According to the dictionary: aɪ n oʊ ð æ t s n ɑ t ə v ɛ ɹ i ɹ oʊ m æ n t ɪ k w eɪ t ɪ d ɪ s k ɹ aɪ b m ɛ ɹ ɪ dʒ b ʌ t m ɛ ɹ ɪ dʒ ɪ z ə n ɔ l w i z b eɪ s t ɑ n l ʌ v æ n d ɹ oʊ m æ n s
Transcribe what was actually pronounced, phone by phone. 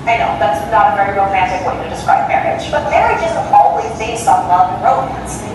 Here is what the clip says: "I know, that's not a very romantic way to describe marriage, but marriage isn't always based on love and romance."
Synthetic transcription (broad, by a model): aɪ n oʊ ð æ t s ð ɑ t ə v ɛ ɹ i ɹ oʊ æ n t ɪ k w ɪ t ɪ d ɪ s k ɹ aɪ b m ɛ ɹ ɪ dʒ b ʌ t m ɛ ɹ ɪ dʒ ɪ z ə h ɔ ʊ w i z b eɪ s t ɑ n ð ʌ ɹ oʊ m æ n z